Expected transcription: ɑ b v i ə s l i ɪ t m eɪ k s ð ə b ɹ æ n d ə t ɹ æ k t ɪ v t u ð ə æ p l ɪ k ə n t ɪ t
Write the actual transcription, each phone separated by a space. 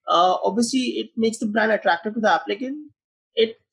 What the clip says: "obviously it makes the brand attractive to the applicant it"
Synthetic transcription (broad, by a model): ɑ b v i ə s l i ɪ t m eɪ k s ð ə b ɹ æ n d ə t ɹ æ k t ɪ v t u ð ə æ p l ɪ k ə n ɪ t